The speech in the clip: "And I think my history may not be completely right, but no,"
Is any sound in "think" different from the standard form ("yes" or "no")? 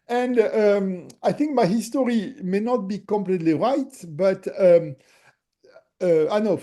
no